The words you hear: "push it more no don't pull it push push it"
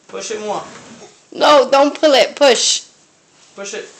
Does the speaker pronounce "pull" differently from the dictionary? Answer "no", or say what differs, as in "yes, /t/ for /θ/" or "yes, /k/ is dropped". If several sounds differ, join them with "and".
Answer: no